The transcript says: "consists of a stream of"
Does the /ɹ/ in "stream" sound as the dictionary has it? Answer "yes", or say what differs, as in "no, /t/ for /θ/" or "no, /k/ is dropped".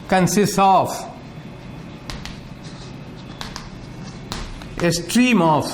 yes